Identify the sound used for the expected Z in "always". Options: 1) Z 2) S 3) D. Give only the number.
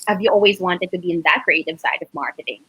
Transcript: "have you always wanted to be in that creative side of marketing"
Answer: 1